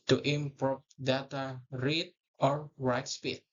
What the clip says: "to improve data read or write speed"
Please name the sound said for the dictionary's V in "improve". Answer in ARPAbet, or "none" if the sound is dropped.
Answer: P